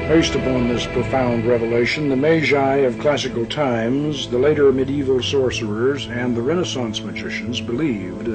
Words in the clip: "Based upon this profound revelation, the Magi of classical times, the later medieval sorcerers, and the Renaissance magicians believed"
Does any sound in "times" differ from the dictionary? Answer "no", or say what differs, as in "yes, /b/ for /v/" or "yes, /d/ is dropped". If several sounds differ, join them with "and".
no